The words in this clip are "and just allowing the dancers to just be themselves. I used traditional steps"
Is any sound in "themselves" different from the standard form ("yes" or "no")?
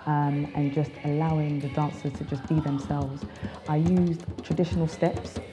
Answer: no